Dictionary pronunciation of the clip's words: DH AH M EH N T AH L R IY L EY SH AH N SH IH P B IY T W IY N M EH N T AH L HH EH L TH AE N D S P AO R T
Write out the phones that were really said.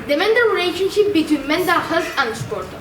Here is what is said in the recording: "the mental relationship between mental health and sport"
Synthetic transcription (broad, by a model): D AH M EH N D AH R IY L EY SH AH N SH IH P B IY T W IY N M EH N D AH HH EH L T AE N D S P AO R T